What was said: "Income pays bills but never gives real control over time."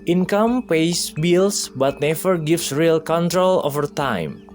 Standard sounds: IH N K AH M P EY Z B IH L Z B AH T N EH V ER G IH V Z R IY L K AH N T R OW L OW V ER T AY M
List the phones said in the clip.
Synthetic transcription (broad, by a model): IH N K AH M P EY S B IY L S B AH T N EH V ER G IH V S R IY L K AH N T R OW L OW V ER T AY M